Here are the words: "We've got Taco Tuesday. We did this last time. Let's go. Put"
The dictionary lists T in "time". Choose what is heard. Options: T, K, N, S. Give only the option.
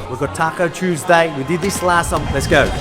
S